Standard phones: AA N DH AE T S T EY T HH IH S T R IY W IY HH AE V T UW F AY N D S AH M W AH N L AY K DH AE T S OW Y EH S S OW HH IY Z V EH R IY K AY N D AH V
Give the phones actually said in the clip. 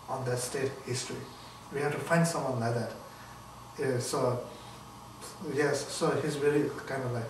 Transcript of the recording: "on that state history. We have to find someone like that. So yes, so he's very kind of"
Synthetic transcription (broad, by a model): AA N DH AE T S T EY T HH IH S T R IY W IY HH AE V T UW F AY N D S AH M W AH N L AY K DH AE T S OW Y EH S S OW HH IY Z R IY L IY K AY N D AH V